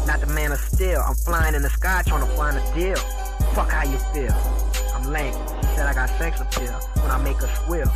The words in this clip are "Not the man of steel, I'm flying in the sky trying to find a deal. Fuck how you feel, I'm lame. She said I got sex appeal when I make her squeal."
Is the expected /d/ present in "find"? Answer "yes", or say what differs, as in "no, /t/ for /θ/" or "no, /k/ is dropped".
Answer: no, /d/ is dropped